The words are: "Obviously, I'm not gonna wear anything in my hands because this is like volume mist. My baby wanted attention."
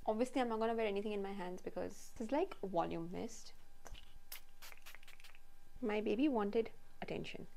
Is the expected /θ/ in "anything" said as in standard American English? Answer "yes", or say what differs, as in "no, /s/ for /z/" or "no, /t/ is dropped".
no, /t/ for /θ/